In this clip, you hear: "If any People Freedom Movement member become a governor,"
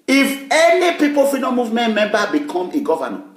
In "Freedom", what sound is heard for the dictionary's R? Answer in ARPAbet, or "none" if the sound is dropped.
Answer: none